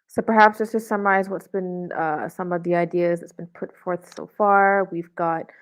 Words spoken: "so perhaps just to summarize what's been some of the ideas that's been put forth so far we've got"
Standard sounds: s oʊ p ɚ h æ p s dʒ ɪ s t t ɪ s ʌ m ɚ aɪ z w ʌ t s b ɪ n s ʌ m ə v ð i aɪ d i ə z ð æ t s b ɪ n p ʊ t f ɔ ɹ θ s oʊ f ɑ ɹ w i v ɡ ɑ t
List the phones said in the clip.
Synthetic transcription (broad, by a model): s oʊ p ɚ h æ p s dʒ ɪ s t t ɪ s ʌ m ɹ aɪ z w ʌ t s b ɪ n s ʌ m ə v ð i aɪ d i ə z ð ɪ t s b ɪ n p ʊ t f ɔ ɹ θ s oʊ f ɑ ɹ w i v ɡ ɑ t